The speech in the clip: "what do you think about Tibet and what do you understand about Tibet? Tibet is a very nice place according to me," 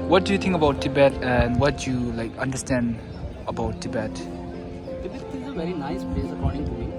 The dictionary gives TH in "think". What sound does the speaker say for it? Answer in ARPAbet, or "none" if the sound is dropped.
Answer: T